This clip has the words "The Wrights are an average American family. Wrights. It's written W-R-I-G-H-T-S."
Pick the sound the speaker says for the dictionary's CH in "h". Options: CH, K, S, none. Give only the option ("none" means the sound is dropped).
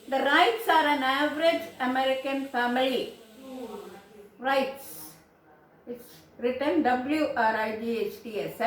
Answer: CH